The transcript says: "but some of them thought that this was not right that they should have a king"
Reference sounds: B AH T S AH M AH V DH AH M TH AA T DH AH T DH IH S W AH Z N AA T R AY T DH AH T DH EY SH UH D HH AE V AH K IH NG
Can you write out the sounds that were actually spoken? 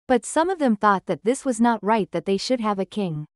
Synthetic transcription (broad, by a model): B AH T S AH M AH V DH AH M TH AA T DH AH T DH IH S W AH Z N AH T R AY T DH AH T DH EY SH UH D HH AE V AH K IH NG